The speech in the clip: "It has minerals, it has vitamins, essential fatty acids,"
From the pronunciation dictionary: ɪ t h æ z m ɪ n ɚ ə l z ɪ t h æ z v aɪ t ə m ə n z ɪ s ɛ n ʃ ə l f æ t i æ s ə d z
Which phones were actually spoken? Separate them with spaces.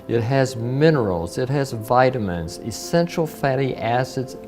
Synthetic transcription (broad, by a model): ɪ t h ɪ z m ɪ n ɚ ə l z ɪ t h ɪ z v aɪ t ə m ə n z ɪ s ɛ n ʃ l f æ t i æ s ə d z